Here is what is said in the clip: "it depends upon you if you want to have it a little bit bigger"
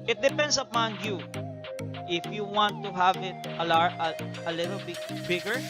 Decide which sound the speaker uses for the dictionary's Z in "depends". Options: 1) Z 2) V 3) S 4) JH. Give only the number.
3